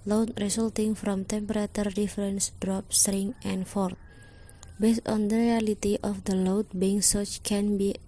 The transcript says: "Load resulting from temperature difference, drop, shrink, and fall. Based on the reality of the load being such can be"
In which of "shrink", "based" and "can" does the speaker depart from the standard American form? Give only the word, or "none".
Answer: shrink